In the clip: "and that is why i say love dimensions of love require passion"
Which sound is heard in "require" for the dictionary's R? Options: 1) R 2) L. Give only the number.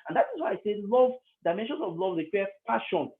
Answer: 2